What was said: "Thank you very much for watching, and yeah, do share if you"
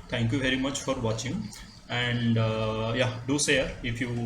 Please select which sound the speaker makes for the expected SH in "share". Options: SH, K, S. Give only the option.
S